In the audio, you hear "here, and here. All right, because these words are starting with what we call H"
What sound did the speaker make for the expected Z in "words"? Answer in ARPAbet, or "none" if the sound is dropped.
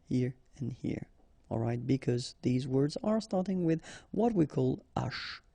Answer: Z